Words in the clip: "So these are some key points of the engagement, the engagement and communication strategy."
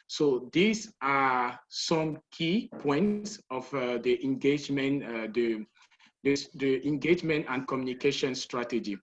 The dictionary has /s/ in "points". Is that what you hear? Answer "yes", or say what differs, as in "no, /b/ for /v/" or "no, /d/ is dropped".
yes